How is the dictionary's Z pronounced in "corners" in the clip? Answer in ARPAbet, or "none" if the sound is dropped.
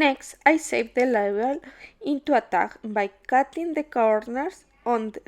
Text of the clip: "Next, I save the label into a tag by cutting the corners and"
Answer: S